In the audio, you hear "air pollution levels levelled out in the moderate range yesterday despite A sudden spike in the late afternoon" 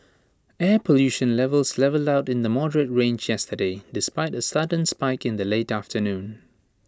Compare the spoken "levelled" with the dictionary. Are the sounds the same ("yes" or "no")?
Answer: yes